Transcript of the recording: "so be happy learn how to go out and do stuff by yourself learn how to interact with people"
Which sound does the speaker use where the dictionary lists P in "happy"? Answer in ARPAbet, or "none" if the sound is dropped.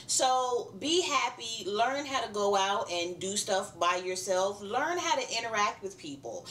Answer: P